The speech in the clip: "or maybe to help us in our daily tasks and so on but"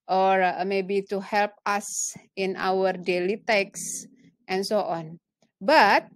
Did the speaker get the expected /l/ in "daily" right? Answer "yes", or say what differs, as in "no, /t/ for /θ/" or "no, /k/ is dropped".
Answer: yes